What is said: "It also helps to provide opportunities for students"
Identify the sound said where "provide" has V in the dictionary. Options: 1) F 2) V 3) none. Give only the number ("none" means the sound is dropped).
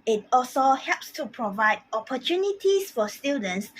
2